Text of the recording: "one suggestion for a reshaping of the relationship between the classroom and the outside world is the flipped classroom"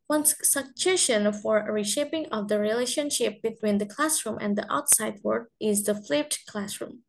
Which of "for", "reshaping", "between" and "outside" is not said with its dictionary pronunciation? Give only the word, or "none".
none